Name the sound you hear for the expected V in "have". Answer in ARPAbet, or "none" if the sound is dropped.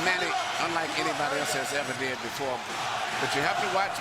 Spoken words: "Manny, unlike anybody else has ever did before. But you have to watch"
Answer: F